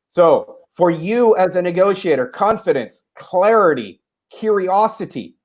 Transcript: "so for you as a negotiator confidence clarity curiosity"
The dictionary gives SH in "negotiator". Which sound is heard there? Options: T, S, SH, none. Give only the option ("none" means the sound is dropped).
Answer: SH